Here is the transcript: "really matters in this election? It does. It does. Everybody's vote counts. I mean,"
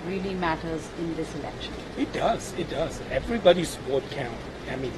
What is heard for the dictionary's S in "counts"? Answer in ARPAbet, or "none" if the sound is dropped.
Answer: none